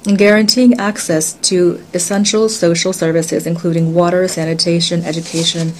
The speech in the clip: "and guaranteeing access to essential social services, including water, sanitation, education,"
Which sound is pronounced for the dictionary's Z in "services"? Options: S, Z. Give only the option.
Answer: Z